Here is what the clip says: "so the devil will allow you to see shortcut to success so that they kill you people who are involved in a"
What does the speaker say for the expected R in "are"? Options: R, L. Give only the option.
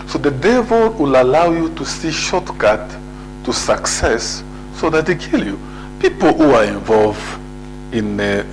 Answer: R